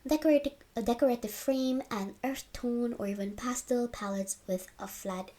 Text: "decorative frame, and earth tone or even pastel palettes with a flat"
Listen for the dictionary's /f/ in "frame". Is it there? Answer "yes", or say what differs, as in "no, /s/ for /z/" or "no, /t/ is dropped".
yes